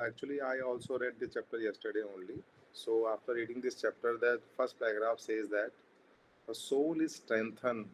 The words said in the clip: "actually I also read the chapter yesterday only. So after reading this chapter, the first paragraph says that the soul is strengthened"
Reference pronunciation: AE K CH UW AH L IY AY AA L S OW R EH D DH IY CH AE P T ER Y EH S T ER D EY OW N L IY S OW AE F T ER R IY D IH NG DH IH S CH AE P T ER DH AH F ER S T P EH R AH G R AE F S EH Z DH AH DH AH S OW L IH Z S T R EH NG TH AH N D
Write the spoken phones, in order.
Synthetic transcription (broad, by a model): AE K CH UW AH L IY AY AA L S OW R EH D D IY CH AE P T ER Y EH S T ER D EY OW N L IY S OW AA F T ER R IY D IH NG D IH S CH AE P T ER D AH F ER S T B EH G R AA F S EH Z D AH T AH S OW L IH Z S T R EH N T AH N